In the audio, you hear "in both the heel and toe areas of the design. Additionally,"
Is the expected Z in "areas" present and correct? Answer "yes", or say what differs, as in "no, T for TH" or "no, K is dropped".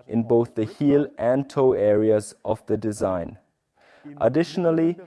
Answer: yes